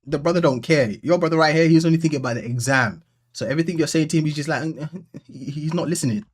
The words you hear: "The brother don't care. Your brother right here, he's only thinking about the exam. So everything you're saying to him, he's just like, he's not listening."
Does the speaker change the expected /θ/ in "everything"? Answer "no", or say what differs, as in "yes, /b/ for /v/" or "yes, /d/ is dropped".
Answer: no